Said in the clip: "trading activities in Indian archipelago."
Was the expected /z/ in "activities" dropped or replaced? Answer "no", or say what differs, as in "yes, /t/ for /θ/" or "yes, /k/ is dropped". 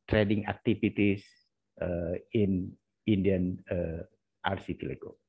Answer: yes, /s/ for /z/